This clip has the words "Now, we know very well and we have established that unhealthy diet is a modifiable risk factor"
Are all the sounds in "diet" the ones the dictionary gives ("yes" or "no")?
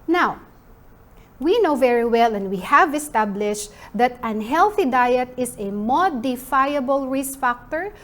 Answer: yes